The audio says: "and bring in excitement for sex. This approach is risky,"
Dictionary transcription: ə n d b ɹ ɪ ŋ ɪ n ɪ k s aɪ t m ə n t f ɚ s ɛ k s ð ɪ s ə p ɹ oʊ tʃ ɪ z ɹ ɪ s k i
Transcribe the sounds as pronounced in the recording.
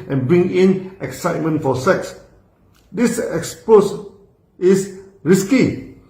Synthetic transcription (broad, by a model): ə n b ɹ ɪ ŋ ɪ n ɪ k s aɪ t m ə n t f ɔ s ɛ k s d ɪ s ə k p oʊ s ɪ s ɹ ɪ s k i